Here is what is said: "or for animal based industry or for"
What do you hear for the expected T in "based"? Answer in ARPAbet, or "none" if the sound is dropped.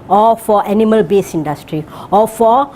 none